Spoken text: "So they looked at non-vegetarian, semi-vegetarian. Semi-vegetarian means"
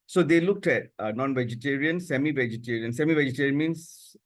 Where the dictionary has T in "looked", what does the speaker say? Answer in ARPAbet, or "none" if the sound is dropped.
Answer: T